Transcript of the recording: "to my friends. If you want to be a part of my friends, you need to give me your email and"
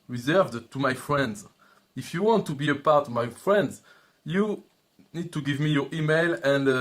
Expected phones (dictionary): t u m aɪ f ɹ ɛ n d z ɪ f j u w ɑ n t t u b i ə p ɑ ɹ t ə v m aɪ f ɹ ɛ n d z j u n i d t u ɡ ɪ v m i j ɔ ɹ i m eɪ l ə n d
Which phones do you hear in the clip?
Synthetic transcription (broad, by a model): t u m aɪ f ɹ ɛ n d z ɪ f j u w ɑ n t t u b i ə p ɑ ɹ t ə v m aɪ f ɹ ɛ n d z j u n i d t u ɡ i v m i j ɔ ɹ i m eɪ l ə n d